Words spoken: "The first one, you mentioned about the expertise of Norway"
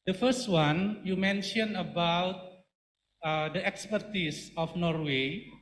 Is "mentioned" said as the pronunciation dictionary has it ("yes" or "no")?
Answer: no